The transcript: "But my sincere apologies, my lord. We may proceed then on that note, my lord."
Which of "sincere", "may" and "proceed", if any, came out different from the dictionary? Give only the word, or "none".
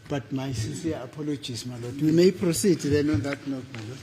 sincere